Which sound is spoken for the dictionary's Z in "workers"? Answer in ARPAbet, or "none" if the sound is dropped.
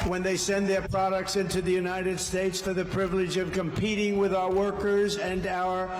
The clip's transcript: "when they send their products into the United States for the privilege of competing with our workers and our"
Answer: Z